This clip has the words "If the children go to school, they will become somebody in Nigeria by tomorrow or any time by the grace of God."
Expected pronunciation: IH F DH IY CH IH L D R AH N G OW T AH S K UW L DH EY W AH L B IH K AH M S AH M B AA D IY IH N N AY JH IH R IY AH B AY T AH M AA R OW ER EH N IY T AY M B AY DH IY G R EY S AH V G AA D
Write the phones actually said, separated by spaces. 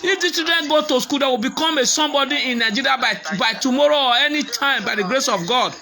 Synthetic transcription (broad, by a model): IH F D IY S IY D AH N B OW T AH S K UW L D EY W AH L B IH K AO M S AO M B AA D IY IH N N AY JH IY R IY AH B AY T AH M AA R OW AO EH N IY T AY M B AY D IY G R EY S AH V G AA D